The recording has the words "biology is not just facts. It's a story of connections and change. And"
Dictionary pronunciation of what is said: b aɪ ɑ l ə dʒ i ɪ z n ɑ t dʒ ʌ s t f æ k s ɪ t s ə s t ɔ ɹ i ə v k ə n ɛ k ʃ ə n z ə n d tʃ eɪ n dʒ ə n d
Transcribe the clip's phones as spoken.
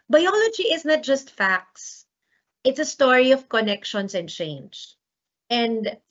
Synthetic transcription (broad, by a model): b aɪ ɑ l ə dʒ i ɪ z n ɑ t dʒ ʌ s t f æ k s ɪ t s ə s t ɔ ɹ i ə v k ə n ɛ k ʃ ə n s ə n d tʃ eɪ n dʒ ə n d